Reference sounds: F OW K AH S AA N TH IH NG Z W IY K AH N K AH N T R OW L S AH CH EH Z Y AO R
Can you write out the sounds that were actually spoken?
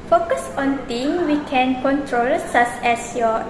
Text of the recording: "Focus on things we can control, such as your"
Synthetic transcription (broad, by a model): F OW K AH S AA N T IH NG W IY K AH N K AH N T R OW L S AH S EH S Y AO